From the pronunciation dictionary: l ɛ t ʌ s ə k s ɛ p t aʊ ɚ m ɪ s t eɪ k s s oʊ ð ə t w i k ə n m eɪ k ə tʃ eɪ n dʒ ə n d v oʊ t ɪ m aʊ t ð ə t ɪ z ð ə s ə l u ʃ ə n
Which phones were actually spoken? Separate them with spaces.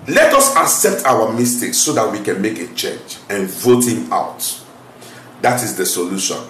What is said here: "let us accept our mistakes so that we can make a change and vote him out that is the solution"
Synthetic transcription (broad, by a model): l ɛ t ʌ s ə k s ɛ p t aʊ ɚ m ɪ s t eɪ k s s oʊ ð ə t w i k ə n m eɪ k ə tʃ eɪ n dʒ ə n v oʊ t ɪ m aʊ t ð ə t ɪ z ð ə s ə l u ʃ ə n